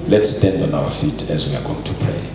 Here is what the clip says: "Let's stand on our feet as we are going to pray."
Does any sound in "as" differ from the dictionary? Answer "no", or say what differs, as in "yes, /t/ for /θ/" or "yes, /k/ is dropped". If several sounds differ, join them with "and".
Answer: no